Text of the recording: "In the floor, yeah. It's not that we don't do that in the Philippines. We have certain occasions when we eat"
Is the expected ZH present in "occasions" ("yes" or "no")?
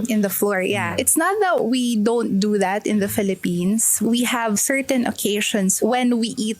no